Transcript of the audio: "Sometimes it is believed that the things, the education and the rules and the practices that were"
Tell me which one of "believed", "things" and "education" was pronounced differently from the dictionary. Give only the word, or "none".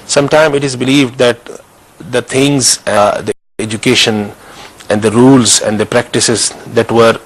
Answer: things